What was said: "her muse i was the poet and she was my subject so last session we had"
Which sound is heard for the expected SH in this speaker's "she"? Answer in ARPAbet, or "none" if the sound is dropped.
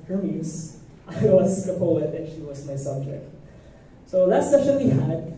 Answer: SH